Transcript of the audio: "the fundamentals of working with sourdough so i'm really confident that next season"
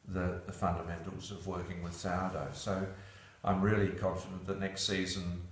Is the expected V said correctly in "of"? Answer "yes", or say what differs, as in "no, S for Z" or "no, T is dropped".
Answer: yes